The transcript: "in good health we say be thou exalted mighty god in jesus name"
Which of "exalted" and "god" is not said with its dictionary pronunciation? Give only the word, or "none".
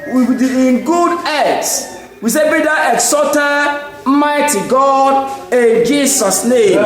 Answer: exalted